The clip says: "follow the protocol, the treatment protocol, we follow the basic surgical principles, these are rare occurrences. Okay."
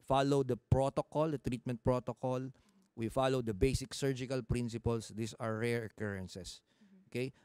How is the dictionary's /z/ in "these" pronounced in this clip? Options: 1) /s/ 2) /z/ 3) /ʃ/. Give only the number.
1